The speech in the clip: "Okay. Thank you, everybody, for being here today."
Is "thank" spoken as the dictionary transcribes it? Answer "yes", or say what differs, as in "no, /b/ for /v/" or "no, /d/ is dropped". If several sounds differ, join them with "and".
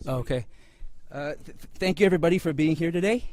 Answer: yes